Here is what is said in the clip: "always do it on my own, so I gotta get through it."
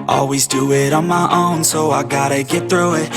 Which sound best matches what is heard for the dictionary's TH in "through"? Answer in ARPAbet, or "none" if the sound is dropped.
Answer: TH